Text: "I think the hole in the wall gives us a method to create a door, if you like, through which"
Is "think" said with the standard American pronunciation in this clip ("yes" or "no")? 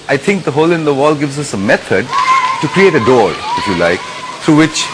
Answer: no